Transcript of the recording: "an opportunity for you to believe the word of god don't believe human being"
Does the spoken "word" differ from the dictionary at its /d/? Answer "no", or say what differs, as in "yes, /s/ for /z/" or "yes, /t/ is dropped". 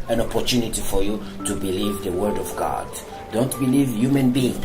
no